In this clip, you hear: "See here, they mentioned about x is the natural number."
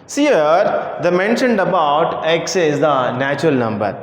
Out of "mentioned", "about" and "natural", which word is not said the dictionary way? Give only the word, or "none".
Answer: none